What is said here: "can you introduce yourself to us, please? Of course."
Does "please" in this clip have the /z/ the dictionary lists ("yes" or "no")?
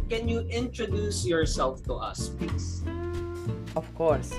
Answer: no